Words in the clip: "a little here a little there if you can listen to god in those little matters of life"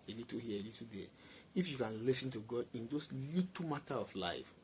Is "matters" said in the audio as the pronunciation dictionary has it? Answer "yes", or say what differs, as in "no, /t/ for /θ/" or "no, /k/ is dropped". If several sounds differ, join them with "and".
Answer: no, /z/ is dropped